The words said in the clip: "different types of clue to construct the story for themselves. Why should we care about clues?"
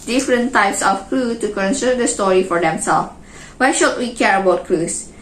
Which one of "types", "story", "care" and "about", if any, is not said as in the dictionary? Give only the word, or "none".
none